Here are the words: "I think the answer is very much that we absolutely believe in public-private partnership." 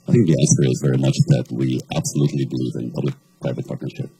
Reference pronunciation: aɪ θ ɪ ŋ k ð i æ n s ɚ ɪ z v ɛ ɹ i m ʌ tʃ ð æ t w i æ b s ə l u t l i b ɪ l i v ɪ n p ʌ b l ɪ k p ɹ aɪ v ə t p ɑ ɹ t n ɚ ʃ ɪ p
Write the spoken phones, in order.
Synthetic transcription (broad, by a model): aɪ θ ɪ ŋ k ð i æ s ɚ ɪ z v ɛ ɹ i m ʌ tʃ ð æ t w i æ b s ə l u t l i b ɪ l i v ɪ n p ʌ b l ɪ k p ɹ aɪ v ə t p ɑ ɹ t n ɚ ʃ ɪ p